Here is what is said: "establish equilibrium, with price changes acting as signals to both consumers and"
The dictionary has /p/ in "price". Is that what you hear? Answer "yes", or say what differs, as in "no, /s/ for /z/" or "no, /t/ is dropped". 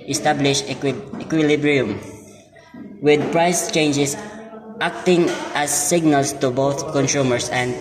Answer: yes